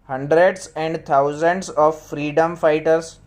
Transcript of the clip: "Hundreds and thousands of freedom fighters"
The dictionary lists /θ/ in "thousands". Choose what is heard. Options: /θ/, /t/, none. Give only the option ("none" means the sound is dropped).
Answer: /t/